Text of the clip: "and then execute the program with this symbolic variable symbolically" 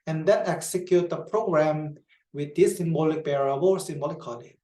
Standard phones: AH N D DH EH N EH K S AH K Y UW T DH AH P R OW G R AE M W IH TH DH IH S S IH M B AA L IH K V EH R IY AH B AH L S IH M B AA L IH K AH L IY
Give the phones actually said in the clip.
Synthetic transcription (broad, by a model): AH N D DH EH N EH K S AH K Y UW T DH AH P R OW G R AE M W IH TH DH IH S S IH M B AA L IH K B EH R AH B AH S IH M B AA L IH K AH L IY